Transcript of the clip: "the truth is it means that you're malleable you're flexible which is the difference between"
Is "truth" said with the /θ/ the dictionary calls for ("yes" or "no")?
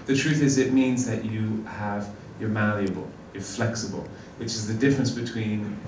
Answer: yes